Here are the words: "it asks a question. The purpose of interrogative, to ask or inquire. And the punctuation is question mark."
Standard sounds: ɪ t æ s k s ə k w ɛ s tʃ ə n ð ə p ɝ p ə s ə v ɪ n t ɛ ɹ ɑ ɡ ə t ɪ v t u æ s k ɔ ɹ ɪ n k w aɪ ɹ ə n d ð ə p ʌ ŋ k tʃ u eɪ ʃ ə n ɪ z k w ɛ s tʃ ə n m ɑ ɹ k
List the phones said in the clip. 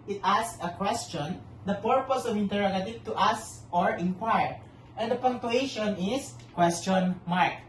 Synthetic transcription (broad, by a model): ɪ t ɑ s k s ə k w ɛ s tʃ ə n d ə p ɝ p ə s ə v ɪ n t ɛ ɹ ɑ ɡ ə t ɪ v t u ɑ s ɔ ɹ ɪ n k w aɪ ɹ ə n d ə p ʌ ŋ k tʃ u eɪ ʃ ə n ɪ s k w ɛ s tʃ ə n m ɑ ɹ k